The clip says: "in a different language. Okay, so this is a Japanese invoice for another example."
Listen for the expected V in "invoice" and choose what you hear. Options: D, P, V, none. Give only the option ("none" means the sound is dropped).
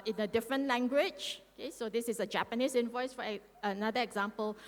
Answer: V